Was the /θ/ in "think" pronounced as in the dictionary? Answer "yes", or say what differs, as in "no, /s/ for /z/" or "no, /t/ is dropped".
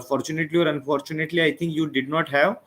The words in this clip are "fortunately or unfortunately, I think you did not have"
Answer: no, /t/ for /θ/